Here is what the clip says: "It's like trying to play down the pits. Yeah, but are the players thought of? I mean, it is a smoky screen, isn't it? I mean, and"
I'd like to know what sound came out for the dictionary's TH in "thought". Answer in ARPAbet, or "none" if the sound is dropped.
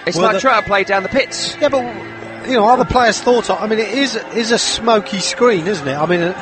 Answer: TH